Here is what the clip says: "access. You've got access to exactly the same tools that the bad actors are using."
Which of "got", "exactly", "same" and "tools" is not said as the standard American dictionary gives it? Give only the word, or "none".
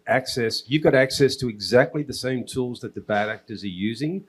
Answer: none